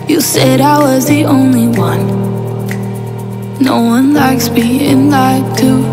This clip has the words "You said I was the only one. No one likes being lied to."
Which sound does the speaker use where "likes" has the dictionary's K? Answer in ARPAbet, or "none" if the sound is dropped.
K